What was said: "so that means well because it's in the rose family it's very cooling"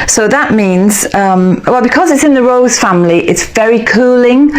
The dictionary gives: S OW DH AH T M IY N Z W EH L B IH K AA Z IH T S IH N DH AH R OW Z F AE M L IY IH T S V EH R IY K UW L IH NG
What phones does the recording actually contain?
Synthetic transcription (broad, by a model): S OW DH AH T M IY N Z W EH L B IH K AA Z IH T S IH N DH AH R OW Z F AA M L IY IH T S V EH R IY K UW L IH NG